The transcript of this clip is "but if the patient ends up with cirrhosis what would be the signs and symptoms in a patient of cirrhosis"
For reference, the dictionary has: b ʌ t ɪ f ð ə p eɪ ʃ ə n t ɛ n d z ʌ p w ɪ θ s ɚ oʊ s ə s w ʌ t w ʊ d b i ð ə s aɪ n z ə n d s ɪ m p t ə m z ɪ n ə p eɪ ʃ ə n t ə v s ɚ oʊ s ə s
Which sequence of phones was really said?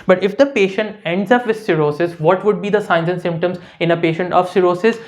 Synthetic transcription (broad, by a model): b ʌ t ɪ f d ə p eɪ ʃ ə n t ɛ n d z ʌ p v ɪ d s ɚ oʊ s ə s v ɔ t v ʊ d b i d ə s aɪ n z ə n s ɪ m p t ə m z ɪ n ə p eɪ ʃ ə n t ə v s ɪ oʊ s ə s